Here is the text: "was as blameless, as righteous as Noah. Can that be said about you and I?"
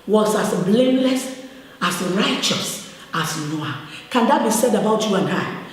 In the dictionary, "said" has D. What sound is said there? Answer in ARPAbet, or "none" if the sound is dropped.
D